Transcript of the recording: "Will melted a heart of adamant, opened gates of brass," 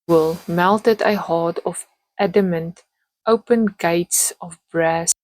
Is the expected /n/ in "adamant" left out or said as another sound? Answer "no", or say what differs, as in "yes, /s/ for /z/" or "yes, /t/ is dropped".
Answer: no